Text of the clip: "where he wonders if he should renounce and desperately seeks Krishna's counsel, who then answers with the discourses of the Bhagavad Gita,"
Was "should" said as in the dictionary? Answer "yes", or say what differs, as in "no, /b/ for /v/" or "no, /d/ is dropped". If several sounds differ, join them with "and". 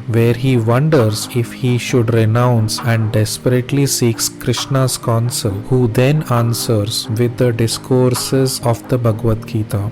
yes